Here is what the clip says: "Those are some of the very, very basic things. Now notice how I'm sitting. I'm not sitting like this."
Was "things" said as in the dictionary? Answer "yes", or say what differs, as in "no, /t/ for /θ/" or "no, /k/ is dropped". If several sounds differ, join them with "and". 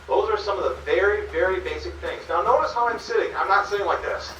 yes